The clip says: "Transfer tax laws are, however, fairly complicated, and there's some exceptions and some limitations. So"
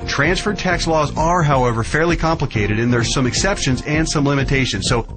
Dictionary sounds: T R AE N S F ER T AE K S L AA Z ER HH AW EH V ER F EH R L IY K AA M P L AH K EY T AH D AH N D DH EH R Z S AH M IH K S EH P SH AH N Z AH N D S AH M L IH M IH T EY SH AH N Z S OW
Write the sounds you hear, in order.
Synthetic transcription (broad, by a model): T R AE N S F ER T AE K S L AA Z ER HH AW EH V ER F EH R L IY K AA M P L AH K EY T AH D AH N DH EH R S AH M IH K S EH P SH AH N Z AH N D S AH M L IH M IH T EY SH AH N Z S OW